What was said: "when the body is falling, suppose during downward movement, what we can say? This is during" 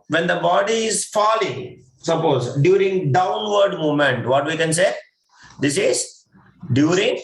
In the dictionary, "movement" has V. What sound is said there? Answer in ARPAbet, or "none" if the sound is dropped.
none